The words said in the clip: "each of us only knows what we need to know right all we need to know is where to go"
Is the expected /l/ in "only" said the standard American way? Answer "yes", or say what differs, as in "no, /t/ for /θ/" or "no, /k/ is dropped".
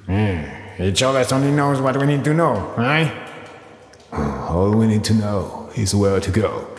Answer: no, /l/ is dropped